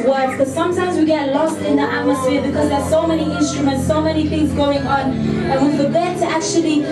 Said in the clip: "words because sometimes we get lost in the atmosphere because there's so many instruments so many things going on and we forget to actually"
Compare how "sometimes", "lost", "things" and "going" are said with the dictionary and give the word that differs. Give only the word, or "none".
none